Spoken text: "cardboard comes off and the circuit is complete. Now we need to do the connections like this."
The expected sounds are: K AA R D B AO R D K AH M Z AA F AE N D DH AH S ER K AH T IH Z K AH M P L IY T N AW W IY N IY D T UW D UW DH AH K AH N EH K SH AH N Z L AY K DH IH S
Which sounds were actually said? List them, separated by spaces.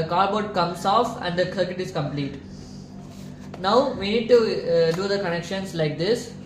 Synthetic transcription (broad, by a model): K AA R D B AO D K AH M S AA F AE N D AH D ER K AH T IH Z K AH M P L IY T N AW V IY N IY D T UW D UW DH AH K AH N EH K SH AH N S L AY K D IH S